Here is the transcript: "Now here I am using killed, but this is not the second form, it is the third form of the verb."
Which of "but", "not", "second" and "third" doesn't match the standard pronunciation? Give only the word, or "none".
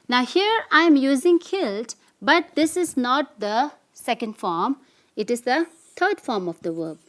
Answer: third